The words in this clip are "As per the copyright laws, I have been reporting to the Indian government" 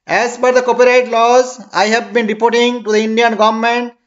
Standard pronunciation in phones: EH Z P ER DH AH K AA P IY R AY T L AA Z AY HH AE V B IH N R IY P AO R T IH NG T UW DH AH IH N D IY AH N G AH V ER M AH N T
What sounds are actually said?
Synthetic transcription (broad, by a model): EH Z B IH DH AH K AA P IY R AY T L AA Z AY HH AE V B IH N R IY P AO R T IH NG T UW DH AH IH N D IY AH N G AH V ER M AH N T